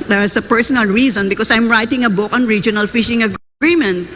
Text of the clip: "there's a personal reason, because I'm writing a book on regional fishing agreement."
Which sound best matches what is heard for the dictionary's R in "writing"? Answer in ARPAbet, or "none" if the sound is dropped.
R